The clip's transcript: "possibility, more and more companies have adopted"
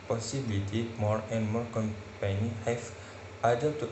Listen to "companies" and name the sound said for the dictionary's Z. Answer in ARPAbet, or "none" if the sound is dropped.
none